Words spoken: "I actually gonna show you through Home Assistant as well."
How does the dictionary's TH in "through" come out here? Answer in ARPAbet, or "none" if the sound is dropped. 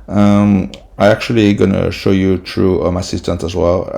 T